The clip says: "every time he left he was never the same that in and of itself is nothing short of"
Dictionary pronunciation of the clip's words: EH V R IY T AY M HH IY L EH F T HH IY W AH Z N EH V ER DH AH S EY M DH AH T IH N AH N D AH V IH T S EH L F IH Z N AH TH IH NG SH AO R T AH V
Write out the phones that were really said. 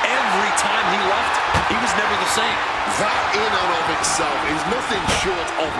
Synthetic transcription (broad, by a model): EH V R IY T AY M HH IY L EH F T HH IY W AH Z N EH V ER DH AH S EY M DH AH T IH N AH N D AH V IH T S EH L F IH Z N AH TH IH NG SH AO R T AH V